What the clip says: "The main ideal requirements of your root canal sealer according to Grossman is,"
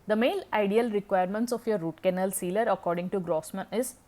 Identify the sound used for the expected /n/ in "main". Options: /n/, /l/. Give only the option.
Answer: /l/